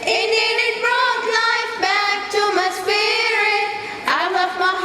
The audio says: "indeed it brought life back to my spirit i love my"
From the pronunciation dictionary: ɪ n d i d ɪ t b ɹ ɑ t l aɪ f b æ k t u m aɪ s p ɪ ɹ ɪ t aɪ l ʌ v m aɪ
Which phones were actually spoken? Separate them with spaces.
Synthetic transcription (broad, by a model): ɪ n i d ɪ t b ɹ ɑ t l aɪ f b æ k t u m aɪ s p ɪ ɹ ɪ aɪ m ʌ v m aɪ